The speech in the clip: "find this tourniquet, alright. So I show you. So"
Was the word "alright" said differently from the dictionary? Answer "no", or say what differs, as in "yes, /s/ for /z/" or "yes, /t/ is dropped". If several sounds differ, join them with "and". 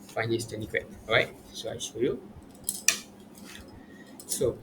yes, /l/ is dropped